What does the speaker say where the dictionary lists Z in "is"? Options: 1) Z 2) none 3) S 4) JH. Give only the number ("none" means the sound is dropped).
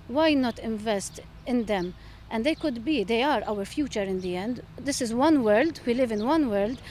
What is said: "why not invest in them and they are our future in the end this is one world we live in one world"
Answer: 1